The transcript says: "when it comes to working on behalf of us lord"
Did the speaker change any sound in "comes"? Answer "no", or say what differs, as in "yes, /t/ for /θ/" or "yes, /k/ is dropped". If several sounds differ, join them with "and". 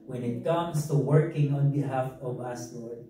yes, /s/ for /z/